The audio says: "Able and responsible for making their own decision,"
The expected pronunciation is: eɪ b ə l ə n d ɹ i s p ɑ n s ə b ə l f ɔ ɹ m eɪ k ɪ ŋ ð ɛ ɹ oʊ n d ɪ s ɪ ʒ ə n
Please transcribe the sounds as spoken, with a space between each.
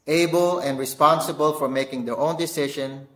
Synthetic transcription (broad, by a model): eɪ b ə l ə n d ɹ i s p ɑ n s ə b ə l f ɔ ɹ m eɪ k ɪ ŋ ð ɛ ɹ oʊ n d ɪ s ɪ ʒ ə n